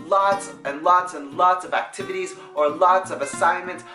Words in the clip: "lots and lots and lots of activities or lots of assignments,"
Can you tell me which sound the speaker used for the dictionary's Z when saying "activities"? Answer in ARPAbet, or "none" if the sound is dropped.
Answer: Z